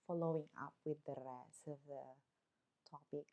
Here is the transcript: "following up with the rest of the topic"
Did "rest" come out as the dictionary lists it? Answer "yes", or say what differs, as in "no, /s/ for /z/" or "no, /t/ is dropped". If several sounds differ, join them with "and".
no, /t/ is dropped